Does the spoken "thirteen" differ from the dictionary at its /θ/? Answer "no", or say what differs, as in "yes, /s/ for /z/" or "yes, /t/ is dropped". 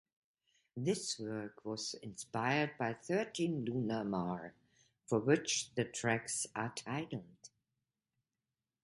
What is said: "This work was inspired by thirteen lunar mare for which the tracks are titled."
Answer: no